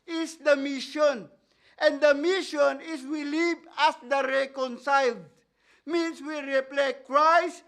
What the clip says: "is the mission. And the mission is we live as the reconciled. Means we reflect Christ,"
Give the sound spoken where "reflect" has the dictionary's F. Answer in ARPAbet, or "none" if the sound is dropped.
P